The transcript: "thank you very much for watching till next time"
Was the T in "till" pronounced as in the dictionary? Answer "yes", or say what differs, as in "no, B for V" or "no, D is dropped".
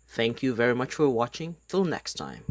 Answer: yes